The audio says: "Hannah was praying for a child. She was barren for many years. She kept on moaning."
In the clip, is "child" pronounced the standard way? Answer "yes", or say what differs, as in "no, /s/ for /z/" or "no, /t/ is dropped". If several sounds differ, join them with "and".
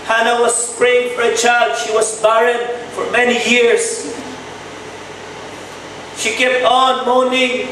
yes